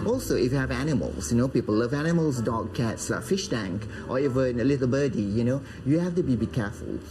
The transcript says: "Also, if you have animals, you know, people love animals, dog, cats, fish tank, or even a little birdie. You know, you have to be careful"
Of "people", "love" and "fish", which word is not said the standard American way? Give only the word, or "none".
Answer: none